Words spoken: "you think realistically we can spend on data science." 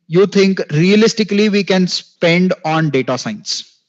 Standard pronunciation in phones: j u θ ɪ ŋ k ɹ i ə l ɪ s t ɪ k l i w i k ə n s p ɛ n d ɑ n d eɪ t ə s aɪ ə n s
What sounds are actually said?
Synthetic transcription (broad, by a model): j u t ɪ ŋ k ɹ i ə l ɪ s t ɪ k l i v i k ə n s p ɛ n d ɑ n d eɪ t ə s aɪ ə n s